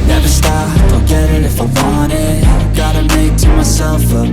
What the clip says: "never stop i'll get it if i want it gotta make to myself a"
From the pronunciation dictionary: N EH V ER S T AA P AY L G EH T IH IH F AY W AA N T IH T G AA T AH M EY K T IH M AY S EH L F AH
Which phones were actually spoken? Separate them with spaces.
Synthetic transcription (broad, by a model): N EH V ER S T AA AY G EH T IH IH F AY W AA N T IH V G AA T AH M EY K T IH M AY S EH L F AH